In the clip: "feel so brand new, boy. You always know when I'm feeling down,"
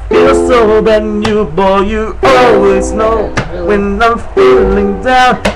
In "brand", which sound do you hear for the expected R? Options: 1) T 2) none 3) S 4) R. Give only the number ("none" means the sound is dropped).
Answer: 2